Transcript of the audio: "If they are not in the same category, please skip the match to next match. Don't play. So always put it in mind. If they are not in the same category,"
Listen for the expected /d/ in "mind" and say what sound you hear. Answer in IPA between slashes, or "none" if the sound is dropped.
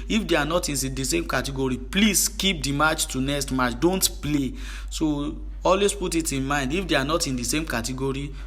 /d/